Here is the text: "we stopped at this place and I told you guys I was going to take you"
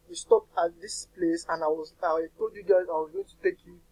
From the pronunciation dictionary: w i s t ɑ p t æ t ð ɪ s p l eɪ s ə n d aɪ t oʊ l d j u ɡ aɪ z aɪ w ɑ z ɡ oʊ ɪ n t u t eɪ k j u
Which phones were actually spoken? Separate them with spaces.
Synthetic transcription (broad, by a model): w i s t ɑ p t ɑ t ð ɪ s p l eɪ s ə n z aɪ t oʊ d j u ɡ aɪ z aɪ w ɑ z ɡ oʊ ɪ n t u t eɪ k j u